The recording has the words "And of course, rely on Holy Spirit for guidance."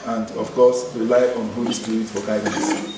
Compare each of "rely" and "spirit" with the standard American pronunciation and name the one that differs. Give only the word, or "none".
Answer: spirit